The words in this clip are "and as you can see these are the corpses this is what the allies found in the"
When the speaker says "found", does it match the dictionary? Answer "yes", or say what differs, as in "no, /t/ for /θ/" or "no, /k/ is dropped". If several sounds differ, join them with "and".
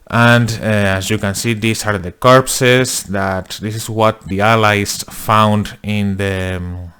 yes